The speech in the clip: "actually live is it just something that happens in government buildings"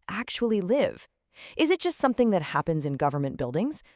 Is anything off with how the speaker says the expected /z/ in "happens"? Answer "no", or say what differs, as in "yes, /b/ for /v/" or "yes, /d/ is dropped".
no